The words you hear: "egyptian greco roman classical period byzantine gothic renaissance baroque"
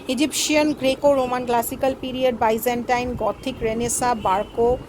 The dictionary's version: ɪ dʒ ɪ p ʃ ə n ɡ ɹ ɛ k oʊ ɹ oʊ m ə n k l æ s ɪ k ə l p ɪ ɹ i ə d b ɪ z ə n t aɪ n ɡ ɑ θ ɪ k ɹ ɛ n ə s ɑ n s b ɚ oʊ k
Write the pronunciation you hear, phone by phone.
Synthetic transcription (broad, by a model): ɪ dʒ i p ʃ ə n ɡ ɹ ɛ k oʊ ɹ oʊ m ə n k l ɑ s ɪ k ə l p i ɹ i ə d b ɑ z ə n t aɪ n ɡ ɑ t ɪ k ɹ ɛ n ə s ɑ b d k oʊ